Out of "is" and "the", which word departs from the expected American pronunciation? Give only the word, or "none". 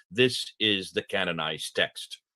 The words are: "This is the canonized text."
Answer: none